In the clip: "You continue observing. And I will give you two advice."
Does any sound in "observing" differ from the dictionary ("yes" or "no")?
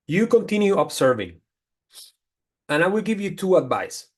yes